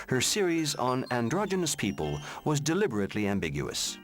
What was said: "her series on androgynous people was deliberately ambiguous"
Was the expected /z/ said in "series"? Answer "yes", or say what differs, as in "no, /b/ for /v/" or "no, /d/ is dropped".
yes